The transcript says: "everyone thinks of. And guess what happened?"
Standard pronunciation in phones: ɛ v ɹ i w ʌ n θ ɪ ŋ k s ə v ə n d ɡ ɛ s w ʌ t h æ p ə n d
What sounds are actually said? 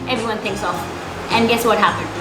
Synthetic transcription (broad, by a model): ɛ v ɹ i w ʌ n θ ɪ ŋ k s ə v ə n ɡ ɛ s w ʌ t h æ p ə n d